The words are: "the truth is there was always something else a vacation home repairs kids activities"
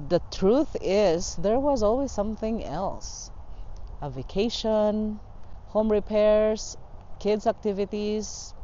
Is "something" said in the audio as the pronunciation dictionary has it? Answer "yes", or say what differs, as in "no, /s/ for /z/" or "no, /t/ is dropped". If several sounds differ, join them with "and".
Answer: yes